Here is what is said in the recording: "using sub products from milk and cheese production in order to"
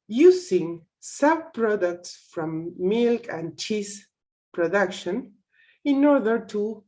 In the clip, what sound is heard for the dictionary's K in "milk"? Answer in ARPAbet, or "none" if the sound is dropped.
K